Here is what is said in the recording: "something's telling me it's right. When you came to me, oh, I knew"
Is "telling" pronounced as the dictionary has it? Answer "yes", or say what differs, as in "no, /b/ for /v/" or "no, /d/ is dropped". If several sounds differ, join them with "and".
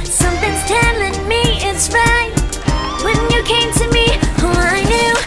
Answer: yes